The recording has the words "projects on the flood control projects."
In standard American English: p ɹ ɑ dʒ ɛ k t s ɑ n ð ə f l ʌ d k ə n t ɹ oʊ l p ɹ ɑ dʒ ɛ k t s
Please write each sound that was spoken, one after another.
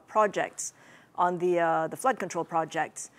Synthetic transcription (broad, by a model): p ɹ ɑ dʒ ɛ k t s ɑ n ð ə f l ʌ d k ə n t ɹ oʊ l p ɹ ɑ dʒ ɛ k t s